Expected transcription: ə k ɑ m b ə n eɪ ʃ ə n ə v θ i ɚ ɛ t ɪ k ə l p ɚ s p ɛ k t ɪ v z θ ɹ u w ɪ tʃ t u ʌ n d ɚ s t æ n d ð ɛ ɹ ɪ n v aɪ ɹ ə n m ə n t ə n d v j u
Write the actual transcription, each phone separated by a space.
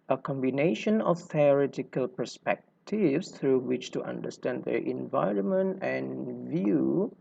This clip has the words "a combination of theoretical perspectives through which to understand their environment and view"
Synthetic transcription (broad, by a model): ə k ɑ m b ə n eɪ ʃ ə n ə f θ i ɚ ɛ t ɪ k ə l p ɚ s p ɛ k t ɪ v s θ ɹ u w ɪ tʃ t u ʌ n d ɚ s t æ n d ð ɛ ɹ ɪ n v aɪ ɹ ə n m ə n t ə n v j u